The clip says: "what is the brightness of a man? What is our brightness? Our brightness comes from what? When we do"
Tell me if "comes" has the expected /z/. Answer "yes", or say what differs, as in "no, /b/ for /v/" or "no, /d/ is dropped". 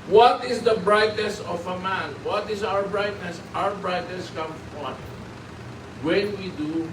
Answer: no, /z/ is dropped